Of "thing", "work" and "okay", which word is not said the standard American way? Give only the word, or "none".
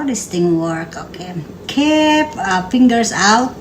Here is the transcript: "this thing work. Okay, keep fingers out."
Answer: thing